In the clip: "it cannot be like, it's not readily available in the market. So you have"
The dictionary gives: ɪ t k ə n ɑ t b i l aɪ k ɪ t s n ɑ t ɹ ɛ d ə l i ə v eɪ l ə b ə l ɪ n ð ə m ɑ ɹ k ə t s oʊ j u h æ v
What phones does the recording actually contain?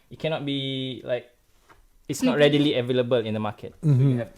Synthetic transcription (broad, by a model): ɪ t k ə n ɑ t b i l aɪ k ɪ t s n ɑ t ɹ ɛ d ə l i ə v eɪ l ə b ə l ɪ n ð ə m ɑ k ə t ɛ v